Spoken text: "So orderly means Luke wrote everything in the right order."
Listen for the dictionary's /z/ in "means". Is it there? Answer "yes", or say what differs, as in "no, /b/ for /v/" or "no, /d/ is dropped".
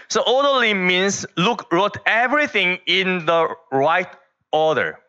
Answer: no, /s/ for /z/